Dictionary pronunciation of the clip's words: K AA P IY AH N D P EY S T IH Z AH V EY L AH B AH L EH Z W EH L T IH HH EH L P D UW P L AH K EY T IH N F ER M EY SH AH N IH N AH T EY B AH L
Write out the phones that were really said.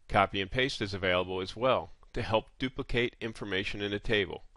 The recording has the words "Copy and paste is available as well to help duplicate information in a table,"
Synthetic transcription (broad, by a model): K AA P IY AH N P EY S T IH Z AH V EY L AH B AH L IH Z W EH L T IH HH EH L P D UW P L AH K EY T IH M F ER M EY SH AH N IH N AH T EY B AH L